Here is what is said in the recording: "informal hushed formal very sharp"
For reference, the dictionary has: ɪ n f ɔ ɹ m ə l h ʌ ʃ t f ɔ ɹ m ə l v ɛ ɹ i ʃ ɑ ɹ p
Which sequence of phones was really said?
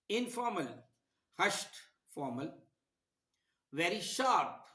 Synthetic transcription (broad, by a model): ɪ n f ɔ ɹ m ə l h ʌ ʃ t f ɔ ɹ m ə l v ɛ ɹ i ʃ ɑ ɹ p